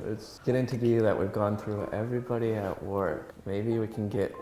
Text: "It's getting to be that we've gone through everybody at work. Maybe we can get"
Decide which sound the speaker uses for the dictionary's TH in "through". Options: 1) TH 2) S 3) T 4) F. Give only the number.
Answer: 1